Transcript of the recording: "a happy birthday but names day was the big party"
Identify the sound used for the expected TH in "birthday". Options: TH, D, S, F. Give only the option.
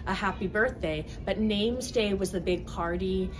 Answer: TH